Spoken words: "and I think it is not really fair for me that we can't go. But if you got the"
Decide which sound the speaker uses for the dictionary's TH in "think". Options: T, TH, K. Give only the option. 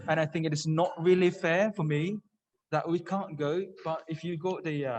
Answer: TH